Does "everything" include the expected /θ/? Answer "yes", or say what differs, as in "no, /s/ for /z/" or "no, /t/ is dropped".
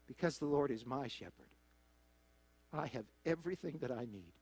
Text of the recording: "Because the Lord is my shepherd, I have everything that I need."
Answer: yes